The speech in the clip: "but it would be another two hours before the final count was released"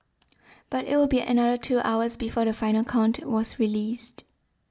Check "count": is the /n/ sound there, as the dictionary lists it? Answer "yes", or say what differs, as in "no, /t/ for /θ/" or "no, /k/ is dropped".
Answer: yes